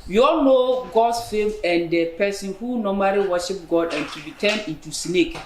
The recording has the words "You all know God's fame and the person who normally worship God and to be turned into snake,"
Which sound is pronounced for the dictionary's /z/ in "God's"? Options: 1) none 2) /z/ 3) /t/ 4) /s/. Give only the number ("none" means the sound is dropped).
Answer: 4